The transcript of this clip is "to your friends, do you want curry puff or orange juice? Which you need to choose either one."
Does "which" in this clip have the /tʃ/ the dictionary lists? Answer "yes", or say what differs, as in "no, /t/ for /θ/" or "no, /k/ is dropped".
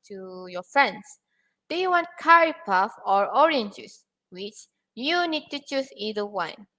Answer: yes